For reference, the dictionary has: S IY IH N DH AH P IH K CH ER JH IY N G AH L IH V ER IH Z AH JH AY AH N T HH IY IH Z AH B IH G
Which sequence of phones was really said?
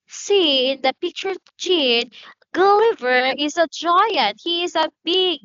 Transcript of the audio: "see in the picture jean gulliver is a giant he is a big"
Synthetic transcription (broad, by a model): S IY IH N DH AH P IH K CH ER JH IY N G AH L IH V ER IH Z AH JH AY AH N T HH IY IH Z AH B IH G